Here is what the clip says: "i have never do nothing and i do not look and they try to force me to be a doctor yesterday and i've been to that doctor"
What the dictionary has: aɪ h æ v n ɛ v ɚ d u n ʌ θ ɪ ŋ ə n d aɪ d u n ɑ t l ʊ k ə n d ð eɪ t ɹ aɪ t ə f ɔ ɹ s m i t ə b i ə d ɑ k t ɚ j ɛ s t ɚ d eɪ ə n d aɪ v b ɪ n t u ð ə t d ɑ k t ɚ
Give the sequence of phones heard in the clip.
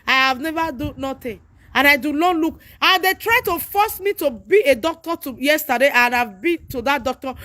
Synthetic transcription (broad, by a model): aɪ h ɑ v n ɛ v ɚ d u n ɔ t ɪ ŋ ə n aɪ d u l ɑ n l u k ə n d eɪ t ɹ aɪ t ə f ɔ s m i t ə b i ə d ɑ k t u j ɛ s t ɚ d eɪ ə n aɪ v b ɪ n t u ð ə t d ɑ k t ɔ